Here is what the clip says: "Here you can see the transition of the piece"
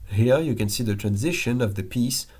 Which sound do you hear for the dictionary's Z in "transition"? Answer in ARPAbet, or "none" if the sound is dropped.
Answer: Z